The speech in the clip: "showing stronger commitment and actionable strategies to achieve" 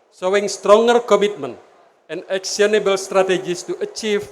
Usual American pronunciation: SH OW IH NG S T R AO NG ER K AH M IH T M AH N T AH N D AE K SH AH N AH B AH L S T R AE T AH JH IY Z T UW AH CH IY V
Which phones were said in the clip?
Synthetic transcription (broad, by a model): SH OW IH NG S T R AO NG ER K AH M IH T M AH N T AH N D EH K S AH N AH B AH L S T R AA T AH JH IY S T UW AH CH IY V